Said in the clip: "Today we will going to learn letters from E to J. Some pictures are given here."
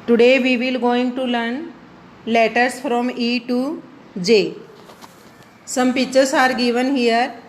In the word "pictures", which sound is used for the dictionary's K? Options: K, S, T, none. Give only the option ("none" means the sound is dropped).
none